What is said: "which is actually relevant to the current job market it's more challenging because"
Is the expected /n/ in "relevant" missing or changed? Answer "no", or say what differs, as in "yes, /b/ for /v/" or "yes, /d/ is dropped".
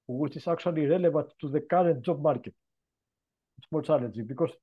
yes, /n/ is dropped